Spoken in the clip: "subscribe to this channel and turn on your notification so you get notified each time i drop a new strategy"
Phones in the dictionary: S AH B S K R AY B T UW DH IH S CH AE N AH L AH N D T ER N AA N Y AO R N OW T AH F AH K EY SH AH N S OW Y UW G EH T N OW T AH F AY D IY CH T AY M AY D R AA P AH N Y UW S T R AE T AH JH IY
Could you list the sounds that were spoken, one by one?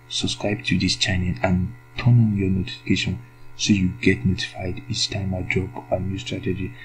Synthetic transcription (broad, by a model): S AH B S K R AY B T UW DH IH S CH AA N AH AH N T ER N AA N Y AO N OW T AH F AH K EY SH AH N S OW Y UW G EH T N OW T AH F AY D IY CH T AY M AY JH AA B AH N Y UW S T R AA T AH JH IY